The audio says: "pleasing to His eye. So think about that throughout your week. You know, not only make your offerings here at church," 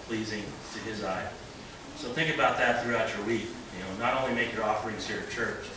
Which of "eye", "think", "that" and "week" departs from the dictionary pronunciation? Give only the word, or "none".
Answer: none